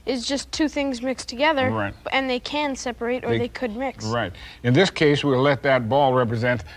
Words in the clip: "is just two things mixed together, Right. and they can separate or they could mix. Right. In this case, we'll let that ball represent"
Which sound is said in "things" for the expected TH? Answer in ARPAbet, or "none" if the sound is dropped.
TH